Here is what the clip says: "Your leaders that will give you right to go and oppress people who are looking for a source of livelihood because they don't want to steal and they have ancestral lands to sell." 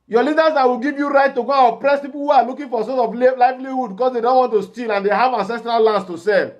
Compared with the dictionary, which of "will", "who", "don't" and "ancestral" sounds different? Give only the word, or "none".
none